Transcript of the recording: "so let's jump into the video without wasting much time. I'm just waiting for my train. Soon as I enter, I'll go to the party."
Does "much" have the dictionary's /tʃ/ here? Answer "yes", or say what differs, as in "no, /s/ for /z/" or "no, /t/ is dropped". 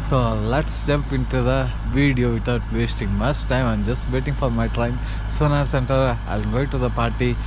no, /s/ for /tʃ/